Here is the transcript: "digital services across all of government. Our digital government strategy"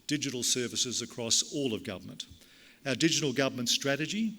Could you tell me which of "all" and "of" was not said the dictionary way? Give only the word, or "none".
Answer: none